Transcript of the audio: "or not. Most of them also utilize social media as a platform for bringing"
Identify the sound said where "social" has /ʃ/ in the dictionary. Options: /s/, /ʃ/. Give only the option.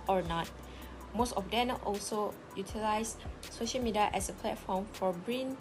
/ʃ/